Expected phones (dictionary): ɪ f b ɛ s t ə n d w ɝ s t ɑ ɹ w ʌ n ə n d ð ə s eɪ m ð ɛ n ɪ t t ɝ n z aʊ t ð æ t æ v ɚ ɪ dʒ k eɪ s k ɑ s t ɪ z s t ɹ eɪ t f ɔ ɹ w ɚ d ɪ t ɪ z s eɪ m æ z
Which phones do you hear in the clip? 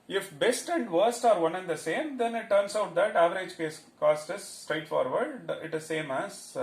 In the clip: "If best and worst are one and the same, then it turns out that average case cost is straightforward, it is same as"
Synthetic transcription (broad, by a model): ɪ f b ɛ s t ə n d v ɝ s t ɑ ɹ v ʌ n ə n d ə s eɪ m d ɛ n ɪ t t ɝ n s aʊ t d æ t æ v ɚ ɪ dʒ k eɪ s k ɑ s t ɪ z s t ɹ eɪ t f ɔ ɹ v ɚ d ɪ t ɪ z s eɪ m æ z